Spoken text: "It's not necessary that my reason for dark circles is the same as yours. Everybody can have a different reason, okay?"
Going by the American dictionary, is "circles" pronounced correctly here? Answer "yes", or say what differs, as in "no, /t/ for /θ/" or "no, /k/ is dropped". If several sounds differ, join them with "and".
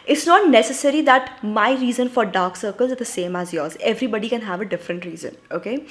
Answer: yes